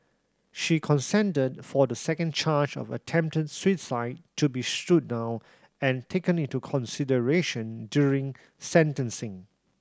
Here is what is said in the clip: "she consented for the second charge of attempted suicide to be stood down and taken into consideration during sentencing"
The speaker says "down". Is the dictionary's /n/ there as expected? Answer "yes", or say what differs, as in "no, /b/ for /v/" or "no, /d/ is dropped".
no, /n/ is dropped